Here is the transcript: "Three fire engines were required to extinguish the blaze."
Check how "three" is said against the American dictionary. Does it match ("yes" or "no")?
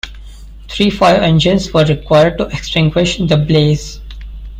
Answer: no